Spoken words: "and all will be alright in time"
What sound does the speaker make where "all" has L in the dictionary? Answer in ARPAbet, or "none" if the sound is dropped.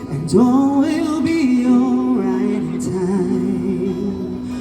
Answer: N